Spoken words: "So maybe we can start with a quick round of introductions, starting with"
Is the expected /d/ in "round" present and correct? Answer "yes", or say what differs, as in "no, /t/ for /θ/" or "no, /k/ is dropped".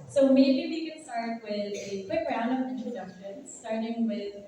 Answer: no, /d/ is dropped